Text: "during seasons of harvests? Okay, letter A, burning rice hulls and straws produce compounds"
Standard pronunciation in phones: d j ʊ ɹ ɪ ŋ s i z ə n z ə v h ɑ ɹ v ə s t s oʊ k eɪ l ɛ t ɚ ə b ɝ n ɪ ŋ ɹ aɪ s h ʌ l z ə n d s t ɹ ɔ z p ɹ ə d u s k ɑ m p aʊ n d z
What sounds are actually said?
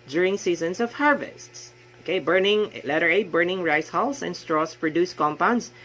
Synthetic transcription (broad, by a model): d j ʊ ɹ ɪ ŋ s i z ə n s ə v h ɑ ɹ v ə s t s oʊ k eɪ l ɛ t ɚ ə b ɝ n ɪ ŋ ɹ aɪ s h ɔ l s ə n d s t ɹ ɔ s p ɹ ə d u s k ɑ m p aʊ n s